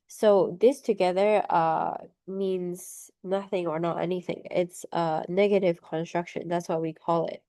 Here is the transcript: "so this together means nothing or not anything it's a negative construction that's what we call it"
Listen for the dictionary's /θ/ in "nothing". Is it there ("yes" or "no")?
yes